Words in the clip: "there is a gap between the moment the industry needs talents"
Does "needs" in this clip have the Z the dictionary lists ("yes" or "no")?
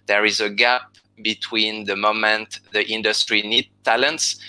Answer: no